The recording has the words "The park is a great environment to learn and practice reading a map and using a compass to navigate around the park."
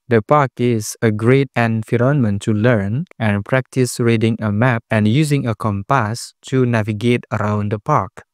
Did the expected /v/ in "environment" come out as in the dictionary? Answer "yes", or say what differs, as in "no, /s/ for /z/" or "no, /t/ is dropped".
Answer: no, /f/ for /v/